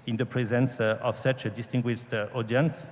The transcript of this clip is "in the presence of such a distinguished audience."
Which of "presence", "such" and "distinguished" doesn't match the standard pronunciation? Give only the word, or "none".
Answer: none